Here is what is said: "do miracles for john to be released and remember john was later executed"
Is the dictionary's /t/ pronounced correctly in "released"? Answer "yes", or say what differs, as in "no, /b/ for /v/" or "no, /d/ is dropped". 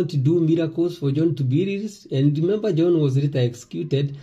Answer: no, /t/ is dropped